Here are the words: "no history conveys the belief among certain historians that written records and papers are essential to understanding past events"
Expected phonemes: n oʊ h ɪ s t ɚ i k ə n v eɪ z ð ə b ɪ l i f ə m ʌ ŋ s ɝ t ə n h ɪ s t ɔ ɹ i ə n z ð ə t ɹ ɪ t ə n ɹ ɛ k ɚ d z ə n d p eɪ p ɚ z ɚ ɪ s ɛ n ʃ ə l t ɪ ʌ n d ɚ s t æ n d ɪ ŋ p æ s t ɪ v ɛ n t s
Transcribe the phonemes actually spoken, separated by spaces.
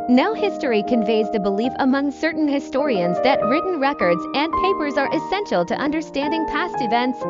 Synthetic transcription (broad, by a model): n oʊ h ɪ s t ɚ i k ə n v eɪ z ð ə b ɪ l i f ə m ʌ ŋ s ɝ t n h ɪ s t ɔ ɹ i ə n z ð ə t ɹ ɪ t n ɹ ɛ k ɚ d z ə n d p eɪ p ɚ z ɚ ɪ s ɛ n ʃ l t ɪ ʌ n d ɚ s t æ n d ɪ ŋ p æ s t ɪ v ɛ n t s